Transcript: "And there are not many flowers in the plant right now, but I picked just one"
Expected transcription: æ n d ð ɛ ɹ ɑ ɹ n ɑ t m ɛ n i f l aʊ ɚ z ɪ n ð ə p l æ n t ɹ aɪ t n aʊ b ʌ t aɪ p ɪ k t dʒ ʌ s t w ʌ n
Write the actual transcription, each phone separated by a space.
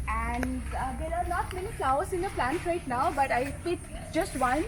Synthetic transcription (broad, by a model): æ n d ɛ ɹ ɑ ɹ n ɑ t m ɛ n i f l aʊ ɚ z ɪ n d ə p l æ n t ɹ aɪ t n aʊ b ʌ t aɪ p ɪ t dʒ ʌ s t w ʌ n